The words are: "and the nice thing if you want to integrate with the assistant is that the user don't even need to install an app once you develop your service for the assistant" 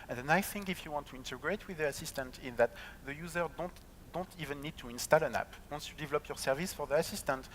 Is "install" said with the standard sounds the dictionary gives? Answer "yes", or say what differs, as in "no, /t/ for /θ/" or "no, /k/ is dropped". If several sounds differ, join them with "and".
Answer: yes